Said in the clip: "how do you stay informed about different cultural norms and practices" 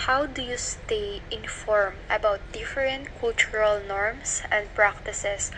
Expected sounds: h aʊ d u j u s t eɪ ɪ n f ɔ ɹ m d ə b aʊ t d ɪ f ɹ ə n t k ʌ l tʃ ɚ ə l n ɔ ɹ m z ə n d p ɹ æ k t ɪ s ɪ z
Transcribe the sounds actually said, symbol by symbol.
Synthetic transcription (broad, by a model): h aʊ d u j u s t eɪ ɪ n f ɔ ɹ m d ə b aʊ t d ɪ f ɹ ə n t k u l tʃ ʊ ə l n ɔ ɹ m s ə n d p ɹ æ k t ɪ s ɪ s